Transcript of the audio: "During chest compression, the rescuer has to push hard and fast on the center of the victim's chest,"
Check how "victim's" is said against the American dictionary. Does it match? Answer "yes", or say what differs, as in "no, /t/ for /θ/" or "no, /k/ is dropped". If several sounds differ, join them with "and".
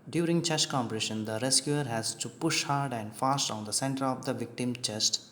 no, /z/ is dropped